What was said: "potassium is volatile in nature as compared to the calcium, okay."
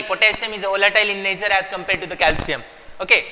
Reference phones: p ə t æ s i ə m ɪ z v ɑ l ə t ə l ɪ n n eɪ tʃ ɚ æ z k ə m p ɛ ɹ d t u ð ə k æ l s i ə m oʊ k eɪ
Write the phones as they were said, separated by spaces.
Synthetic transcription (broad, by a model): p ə t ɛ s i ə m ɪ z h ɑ l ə t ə l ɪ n n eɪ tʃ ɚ æ z k ə m p ɛ ɹ d t u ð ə k æ l s i ə m oʊ k eɪ